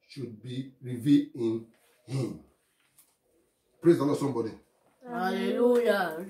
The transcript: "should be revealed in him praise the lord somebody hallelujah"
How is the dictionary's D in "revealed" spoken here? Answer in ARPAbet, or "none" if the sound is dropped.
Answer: none